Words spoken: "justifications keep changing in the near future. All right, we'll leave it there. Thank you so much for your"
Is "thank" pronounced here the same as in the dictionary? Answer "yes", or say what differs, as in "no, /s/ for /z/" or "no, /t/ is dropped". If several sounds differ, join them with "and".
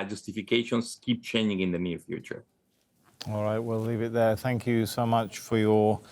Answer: yes